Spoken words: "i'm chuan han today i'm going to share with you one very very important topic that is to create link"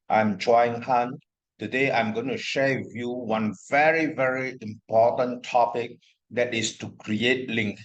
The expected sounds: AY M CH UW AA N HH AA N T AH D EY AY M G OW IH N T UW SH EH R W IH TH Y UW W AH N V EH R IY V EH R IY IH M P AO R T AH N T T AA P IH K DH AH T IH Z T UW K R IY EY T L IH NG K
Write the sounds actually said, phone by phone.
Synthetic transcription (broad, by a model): AY M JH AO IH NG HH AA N T AH D EY AY M G OW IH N T UW SH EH W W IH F Y UW W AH N V EH R IY V EH R IY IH M P AO T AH N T T AA P IH K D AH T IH S T UW K R IY EY T L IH NG K